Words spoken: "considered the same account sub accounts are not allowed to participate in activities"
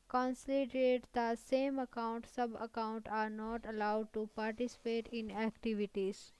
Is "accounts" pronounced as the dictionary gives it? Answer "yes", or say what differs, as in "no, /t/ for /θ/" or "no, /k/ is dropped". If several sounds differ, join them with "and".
no, /s/ is dropped